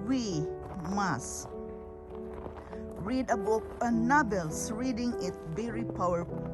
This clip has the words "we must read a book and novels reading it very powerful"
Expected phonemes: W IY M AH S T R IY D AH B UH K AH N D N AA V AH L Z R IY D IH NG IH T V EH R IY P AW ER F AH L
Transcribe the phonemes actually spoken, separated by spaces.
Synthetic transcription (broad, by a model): W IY M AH S R IY D AH B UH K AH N N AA B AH L S R IY D IH NG IH T B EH R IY P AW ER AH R